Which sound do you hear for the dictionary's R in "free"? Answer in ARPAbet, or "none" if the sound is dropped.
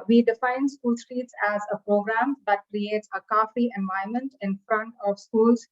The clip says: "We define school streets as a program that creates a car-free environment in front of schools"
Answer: none